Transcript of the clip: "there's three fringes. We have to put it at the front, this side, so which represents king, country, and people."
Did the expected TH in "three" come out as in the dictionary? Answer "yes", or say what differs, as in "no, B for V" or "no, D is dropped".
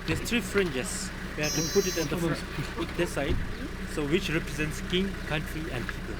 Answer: no, T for TH